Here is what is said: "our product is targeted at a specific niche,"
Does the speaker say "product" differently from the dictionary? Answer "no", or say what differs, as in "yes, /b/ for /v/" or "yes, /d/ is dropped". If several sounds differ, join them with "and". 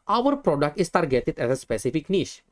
no